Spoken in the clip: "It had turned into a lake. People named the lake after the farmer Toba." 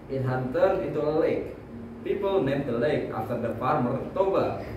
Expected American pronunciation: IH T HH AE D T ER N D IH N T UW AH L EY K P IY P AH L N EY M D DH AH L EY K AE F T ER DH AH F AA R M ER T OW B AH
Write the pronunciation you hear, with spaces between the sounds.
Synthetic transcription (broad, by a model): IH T HH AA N T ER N IH T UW AH L EY K P IY P AH L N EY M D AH L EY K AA F T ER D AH F AA R M ER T OW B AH